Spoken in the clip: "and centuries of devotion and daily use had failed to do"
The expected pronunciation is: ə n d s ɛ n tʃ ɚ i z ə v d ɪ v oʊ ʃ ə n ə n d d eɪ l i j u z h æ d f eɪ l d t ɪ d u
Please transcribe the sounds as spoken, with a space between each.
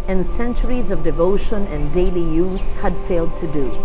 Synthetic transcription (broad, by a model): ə n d s ɛ n tʃ ɚ i z ə v d ɪ v oʊ ʃ ə n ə n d d eɪ l i j u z h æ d f eɪ l d t ɪ d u